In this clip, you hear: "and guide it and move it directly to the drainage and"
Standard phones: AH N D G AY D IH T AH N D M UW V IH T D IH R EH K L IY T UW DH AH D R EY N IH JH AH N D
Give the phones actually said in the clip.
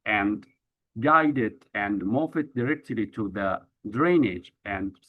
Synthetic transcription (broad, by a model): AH N D G AY D IH T AH N D M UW F IH T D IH R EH K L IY T UW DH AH D R EY N IH JH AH N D